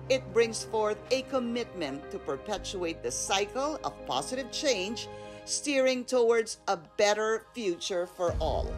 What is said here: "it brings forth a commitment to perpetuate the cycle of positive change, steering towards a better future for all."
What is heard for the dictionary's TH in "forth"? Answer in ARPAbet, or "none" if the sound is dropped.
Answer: TH